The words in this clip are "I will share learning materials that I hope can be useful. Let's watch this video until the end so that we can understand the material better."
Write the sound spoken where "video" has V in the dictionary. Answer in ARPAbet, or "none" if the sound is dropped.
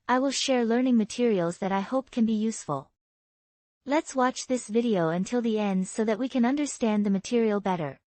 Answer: V